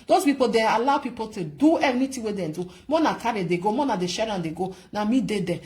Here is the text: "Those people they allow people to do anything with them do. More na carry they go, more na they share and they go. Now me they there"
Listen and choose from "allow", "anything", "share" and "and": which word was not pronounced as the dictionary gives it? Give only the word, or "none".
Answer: anything